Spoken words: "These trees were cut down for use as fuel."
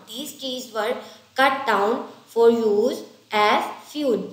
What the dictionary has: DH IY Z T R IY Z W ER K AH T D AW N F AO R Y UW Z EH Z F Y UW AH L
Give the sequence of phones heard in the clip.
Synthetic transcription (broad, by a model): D IY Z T IY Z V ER K AH T D AW N F AO R Y UW Z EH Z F Y UW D